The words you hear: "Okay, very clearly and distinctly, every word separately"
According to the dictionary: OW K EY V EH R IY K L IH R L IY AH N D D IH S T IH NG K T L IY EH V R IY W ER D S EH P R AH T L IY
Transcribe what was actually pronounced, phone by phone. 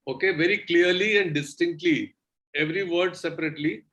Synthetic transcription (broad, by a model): OW K EY V EH R IY K L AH R L IY AH N D D IH S T IH NG K T L IY EH V R IY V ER D S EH P R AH T L IY